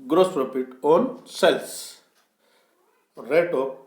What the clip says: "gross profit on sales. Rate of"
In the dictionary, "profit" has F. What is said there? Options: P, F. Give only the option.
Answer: P